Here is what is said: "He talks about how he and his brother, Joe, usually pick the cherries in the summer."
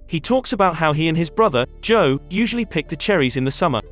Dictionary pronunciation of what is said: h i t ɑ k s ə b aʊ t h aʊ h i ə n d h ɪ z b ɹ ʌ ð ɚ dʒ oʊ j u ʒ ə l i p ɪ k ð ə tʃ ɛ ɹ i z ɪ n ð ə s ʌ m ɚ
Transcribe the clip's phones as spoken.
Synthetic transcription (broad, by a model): h i t ɑ k s ə b aʊ t h aʊ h i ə n ɪ z b ɹ ʌ ð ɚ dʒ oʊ j u ʒ ə l i p ɪ k ð ə tʃ ɛ ɹ i z ɪ n ð ə s ʌ m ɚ